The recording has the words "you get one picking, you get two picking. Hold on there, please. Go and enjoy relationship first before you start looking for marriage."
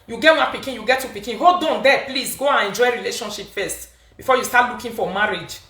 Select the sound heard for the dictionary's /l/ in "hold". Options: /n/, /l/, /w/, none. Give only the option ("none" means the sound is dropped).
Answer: none